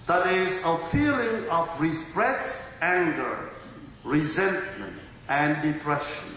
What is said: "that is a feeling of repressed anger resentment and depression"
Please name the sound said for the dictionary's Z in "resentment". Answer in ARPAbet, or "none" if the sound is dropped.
Z